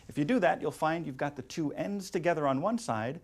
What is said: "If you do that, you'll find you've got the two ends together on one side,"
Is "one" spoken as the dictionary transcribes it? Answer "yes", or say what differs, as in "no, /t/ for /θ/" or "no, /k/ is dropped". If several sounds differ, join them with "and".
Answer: yes